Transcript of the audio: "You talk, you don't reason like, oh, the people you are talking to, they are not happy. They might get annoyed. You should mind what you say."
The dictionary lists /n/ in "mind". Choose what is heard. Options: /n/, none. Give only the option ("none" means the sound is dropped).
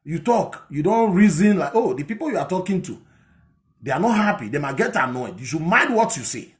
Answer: none